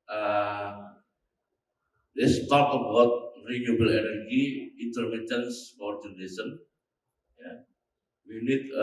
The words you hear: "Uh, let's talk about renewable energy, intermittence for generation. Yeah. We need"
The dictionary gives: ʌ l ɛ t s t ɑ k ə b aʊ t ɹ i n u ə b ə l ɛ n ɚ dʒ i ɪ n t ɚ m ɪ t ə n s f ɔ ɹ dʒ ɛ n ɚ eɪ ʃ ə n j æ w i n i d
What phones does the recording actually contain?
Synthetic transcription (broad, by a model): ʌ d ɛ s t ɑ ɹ ə b aʊ t ɹ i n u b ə l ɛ n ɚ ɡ i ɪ n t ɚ m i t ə n s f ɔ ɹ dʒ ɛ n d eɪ s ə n j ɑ w i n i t